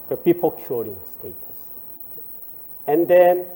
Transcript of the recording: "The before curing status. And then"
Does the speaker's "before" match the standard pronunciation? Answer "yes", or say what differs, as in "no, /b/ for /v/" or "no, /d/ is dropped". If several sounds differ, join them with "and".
no, /p/ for /f/ and /l/ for /ɹ/